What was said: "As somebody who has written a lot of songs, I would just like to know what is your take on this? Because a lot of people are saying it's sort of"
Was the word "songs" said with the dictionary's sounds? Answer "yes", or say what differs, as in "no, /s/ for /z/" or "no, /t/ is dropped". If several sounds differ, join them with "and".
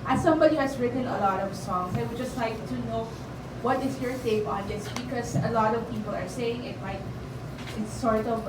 no, /s/ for /z/